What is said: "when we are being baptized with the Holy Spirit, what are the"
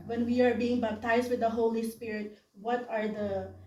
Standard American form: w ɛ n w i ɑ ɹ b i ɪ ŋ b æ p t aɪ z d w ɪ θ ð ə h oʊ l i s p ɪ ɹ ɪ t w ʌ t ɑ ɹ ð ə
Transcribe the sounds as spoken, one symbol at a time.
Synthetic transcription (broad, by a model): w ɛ n w i ɑ ɹ b i ɪ ŋ b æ b t aɪ s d w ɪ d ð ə h oʊ l i s p ɪ ɹ ɪ t w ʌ t ɑ ɹ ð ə